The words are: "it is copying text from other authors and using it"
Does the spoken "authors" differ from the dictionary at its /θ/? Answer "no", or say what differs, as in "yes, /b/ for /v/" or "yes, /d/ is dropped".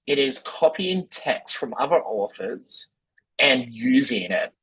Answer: yes, /f/ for /θ/